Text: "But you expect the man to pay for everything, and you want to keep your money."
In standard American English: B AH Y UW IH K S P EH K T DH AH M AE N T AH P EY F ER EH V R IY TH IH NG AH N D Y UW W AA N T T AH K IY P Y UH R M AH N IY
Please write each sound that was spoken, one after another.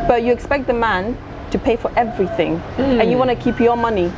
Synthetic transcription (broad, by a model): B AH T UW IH K S P EH K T DH AH M AE N T AH P EY F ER EH V R IY TH IH NG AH N Y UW W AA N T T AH K IY P Y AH M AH N IY